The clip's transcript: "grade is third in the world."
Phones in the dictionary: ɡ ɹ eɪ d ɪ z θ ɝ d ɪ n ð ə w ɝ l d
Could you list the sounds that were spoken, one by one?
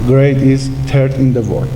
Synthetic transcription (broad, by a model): ɡ ɹ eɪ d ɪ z t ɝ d ɪ n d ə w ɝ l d